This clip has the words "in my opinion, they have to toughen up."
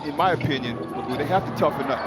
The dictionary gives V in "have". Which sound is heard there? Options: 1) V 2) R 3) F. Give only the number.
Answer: 3